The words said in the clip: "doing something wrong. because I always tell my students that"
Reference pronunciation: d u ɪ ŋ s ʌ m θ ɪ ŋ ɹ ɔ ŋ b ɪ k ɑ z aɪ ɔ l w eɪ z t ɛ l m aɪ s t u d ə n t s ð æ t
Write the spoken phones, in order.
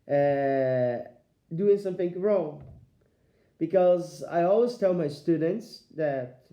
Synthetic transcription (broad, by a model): d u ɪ ŋ s ʌ m θ ɪ ŋ ɹ ɔ ŋ b ɪ k ɑ z aɪ ɔ l w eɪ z t ɛ l m aɪ s t u d ə n t s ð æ t